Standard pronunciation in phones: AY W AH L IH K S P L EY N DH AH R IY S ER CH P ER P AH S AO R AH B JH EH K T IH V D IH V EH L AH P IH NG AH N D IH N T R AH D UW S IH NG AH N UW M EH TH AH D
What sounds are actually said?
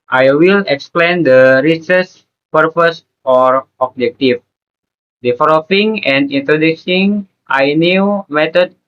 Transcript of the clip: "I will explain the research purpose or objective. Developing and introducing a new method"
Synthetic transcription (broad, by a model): AY W AH L IH K S P L EY N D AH R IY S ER S P ER P AH S AO R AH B JH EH K T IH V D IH F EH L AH F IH NG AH N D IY N T R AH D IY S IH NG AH N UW M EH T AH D